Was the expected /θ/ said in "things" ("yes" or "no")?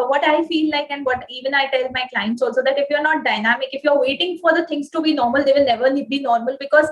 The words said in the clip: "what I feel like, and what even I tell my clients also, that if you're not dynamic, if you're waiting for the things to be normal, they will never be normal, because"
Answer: no